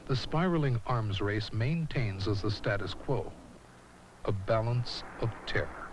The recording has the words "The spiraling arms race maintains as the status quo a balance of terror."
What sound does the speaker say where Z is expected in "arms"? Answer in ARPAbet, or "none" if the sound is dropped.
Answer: Z